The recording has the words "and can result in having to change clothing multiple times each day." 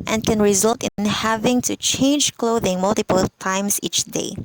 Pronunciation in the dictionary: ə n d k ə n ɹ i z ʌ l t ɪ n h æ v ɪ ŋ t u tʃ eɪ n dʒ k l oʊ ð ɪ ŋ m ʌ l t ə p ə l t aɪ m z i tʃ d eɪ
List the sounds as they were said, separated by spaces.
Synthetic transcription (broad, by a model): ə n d k ə n ɹ i z ʌ l t ɪ n h æ v ɪ ŋ t u tʃ eɪ n dʒ k l oʊ ð ɪ ŋ m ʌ l t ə p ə l t aɪ m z i tʃ d eɪ